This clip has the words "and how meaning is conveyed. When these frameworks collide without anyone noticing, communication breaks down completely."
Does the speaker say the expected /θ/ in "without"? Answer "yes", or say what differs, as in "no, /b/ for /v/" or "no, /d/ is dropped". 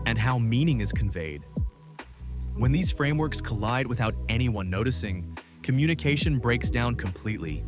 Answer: yes